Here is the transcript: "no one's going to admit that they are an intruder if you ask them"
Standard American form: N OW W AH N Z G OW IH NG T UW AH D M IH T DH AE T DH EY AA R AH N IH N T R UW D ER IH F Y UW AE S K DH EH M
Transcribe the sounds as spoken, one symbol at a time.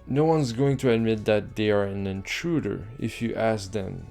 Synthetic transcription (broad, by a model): N OW W AH N Z G OW IH NG T UW AH D M IH T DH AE T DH EY AA R AH N IH N T R UW D ER IH F Y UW AE S K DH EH M